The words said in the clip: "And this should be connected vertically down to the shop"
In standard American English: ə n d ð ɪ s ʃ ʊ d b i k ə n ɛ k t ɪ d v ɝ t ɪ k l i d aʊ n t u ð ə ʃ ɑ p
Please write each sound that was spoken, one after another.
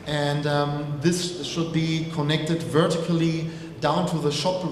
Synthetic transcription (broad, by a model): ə n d ð ɪ s ʃ ʊ d b i k ə n ɛ k t ɪ d v ɝ t ɪ k l i d aʊ n t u ð ə ʃ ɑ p